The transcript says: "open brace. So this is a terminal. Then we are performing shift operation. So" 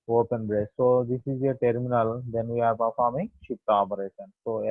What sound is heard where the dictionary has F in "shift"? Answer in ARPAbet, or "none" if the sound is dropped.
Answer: P